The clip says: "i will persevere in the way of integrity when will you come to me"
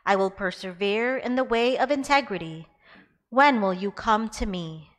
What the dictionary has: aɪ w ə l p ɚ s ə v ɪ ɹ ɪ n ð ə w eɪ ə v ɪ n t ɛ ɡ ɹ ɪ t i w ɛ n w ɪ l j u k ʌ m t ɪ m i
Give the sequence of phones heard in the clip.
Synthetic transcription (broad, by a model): aɪ w ə l p ɚ s ə v ɪ ɹ ɪ n ð ə w eɪ ə v ɪ n t ɛ ɡ ɹ ɪ t i w ɛ n w ɪ l j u k ʌ m t ɪ m i